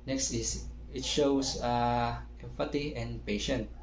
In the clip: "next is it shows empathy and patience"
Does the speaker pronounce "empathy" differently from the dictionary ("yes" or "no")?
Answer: yes